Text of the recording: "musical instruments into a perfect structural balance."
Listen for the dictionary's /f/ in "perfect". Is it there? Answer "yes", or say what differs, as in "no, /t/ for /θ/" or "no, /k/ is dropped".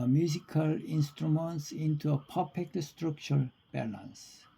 no, /p/ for /f/